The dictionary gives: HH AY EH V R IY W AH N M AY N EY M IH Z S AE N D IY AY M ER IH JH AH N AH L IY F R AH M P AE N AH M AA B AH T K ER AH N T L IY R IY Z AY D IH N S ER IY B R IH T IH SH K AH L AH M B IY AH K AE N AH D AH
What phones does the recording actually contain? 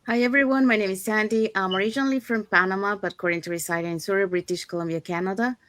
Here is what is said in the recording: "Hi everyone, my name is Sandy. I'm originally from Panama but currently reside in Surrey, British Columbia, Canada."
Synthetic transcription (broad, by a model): HH AY EH V R IY W AH N M AY N EY M IH Z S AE N D IY AY M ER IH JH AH N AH L IY F R AH M P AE N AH M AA B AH T K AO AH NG T IY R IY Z AY D IH N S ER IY B R IH T IH SH K AH L AH M B IY AH K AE N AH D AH